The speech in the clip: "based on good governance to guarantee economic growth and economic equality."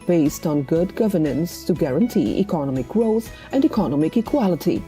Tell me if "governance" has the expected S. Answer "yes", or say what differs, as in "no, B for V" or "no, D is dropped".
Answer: yes